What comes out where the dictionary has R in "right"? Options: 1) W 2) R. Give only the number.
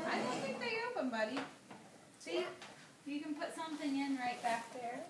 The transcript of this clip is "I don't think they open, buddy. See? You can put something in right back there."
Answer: 2